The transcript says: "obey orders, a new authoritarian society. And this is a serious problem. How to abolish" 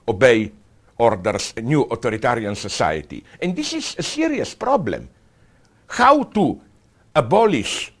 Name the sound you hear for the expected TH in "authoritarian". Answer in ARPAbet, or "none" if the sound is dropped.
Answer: T